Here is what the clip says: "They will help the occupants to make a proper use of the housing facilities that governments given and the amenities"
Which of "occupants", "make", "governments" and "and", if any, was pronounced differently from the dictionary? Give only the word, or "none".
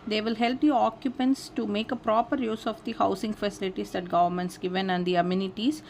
none